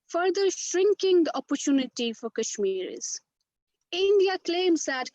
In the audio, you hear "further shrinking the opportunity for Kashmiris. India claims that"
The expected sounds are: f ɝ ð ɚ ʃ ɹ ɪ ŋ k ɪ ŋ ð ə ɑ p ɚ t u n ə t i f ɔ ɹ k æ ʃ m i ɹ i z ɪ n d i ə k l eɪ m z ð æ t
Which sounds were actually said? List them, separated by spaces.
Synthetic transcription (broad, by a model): f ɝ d ɚ ʃ ɹ ɪ ŋ k ɪ ŋ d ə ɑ p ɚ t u n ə t i f ɔ ɹ k æ ʃ m i ɹ i z ɪ n d i ə k l eɪ m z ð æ t